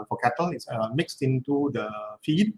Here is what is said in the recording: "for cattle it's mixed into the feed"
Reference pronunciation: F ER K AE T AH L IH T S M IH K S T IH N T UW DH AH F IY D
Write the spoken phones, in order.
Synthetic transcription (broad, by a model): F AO K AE T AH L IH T S M IH K S T IH N T UW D AH F IY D